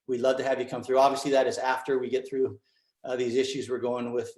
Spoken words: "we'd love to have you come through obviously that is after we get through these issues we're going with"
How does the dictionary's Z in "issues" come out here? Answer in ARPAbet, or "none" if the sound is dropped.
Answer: Z